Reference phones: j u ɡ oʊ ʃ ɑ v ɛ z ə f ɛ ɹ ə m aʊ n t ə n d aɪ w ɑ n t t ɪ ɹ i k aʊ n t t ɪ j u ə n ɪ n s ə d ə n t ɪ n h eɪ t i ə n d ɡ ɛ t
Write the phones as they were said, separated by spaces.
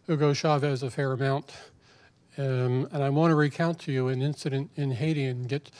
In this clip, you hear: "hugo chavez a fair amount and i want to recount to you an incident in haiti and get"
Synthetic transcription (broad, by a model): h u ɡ oʊ ʃ ɑ v ɛ z ə f ɛ ɹ ə m aʊ n t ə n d aɪ w ɑ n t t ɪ ɹ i k aʊ n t t ɪ j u ə n ɪ n s ə d ə n t ɪ n h eɪ t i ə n ɡ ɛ t